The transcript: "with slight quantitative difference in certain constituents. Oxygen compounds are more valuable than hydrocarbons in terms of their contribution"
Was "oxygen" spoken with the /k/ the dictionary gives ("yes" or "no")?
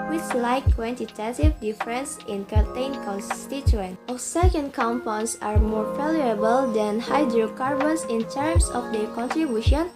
no